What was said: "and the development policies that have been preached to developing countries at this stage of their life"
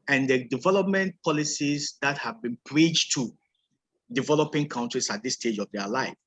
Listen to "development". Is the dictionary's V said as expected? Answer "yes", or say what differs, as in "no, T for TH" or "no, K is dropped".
yes